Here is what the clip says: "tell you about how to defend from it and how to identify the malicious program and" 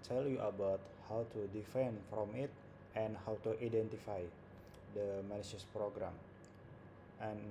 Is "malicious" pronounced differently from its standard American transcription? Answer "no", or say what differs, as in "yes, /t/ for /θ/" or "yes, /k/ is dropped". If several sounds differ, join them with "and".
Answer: yes, /n/ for /l/